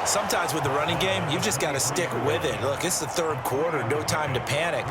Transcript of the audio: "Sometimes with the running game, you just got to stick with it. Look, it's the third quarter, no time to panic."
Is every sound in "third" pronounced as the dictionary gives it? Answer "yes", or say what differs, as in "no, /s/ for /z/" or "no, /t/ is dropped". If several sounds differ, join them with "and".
yes